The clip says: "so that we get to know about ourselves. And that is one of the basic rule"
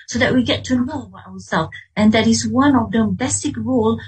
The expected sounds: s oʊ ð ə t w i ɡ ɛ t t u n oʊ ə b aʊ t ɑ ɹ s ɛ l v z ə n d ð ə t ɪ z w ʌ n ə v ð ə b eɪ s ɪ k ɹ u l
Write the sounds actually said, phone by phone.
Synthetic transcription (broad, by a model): s oʊ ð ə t w i ɡ ɛ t t u n oʊ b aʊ ɑ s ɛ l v ə n d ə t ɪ s w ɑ n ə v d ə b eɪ s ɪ k ɹ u l